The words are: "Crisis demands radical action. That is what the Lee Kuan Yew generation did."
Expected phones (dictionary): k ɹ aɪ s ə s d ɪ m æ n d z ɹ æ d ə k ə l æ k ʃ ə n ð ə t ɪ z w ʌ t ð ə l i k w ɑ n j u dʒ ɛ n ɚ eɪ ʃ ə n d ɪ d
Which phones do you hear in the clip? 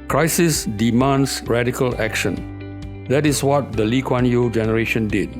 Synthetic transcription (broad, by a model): k ɹ aɪ s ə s d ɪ m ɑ n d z ɹ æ d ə k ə l æ k ʃ ə n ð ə t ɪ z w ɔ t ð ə l i k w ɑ n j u dʒ ɛ n ɚ eɪ ʃ ə n d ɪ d